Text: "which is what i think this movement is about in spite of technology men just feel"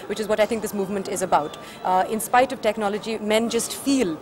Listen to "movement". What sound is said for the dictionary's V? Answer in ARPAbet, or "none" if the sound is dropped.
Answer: V